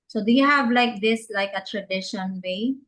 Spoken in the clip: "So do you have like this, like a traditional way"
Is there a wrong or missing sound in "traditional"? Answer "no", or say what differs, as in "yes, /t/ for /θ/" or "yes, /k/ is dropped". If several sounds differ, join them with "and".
yes, /n/ is dropped and /n/ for /l/